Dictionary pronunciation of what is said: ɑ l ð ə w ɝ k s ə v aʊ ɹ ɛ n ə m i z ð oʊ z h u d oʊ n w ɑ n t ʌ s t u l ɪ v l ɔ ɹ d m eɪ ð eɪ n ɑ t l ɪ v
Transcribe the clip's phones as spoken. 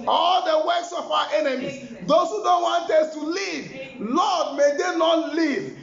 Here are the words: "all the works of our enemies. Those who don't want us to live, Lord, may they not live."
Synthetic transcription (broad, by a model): ɑ l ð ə w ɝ k s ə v aʊ w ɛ n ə m i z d oʊ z h u d oʊ n w ɑ n t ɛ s t u l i v l ɔ d m eɪ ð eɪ n ɑ t l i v